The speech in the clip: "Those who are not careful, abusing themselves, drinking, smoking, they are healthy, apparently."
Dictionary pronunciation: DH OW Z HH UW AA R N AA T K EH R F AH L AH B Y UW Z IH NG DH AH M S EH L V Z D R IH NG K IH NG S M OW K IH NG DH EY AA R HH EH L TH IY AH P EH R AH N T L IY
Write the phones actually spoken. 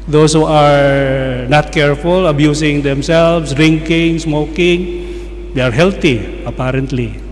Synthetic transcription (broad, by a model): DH OW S HH UW AA R N AA T K EH R F AH L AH B Y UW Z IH NG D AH M S EH L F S D R IH NG K IH NG S M OW K IH NG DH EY AA R HH EH L T IY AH P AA R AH N T L IY